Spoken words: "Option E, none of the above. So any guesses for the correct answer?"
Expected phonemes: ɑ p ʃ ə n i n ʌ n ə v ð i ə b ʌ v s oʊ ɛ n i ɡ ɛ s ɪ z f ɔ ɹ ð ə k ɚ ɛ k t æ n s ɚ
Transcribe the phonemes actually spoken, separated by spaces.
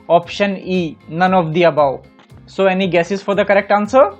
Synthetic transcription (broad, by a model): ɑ p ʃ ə n i n ʌ n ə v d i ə b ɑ w s oʊ ɛ n i ɡ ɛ s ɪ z f ɔ ɹ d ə k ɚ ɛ k t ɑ n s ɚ